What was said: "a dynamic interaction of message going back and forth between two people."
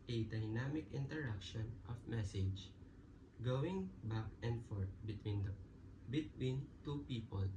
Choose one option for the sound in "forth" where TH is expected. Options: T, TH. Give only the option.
T